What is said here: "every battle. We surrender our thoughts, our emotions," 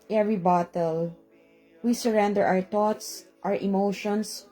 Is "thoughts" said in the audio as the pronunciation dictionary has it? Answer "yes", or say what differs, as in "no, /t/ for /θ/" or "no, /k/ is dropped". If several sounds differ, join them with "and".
no, /t/ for /θ/